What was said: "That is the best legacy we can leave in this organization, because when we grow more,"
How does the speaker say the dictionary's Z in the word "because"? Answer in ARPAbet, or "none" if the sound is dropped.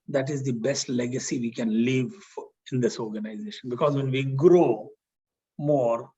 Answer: Z